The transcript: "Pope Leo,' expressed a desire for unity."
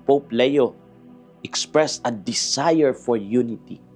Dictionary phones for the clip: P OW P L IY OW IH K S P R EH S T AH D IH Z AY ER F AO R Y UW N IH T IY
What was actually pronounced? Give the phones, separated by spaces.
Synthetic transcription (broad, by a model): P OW P L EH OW IH K S P R EH S T AH D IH S AY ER F AO R Y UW N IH T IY